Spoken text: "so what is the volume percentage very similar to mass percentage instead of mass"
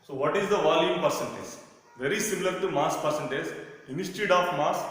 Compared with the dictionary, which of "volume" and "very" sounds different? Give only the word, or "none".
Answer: none